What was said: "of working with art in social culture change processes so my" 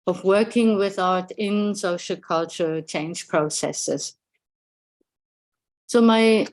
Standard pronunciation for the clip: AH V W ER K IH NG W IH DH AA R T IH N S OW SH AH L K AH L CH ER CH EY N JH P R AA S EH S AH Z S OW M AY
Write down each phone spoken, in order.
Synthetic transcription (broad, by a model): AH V W ER K IH NG W IH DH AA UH T IH N S OW SH AH L K AH L CH ER CH EY N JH P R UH S EH S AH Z S OW M AY